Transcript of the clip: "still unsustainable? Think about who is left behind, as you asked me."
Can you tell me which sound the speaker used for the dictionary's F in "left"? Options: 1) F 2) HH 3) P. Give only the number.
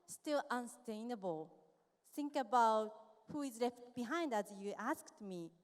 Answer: 1